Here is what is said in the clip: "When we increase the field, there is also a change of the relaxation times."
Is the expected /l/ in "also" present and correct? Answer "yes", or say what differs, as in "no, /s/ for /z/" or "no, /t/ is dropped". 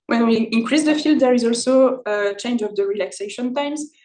yes